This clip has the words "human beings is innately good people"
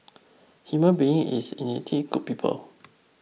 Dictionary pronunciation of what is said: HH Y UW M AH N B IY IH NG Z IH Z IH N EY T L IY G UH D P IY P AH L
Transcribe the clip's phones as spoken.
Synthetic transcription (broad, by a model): HH Y UW M AH N B IY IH NG IH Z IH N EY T IY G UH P P IY P AH L